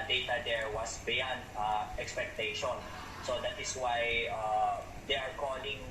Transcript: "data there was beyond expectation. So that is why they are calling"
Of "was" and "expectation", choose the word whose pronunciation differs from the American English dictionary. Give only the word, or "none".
was